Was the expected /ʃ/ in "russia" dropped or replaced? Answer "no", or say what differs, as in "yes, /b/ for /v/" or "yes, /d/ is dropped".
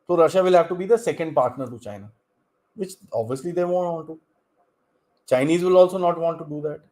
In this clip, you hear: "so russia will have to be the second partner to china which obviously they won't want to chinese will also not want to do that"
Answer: no